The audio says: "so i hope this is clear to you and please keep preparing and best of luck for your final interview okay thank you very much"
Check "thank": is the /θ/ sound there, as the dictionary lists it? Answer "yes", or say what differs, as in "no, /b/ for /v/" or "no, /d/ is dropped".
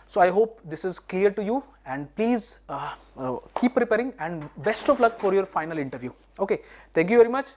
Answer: no, /t/ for /θ/